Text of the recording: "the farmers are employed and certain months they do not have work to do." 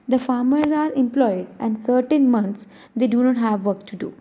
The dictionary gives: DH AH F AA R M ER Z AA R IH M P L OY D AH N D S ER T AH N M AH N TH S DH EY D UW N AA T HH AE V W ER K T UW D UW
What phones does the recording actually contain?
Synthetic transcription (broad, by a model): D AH F AA R M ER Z AA R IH M P L OY D AH N D S ER T AH N M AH N T S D EY D UW N AA T HH AE V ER K T UW D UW